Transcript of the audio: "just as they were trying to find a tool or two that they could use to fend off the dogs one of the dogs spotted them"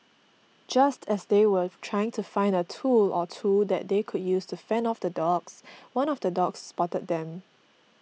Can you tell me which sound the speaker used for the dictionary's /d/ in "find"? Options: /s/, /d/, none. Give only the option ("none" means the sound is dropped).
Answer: /d/